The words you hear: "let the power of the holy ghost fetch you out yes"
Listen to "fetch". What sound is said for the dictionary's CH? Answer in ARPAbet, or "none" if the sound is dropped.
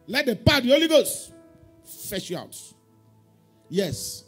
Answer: SH